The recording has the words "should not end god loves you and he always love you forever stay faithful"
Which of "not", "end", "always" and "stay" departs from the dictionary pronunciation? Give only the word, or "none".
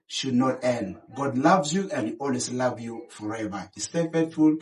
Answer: always